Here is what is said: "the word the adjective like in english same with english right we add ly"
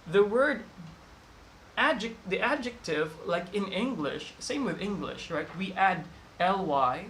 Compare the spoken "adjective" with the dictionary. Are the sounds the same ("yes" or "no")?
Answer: yes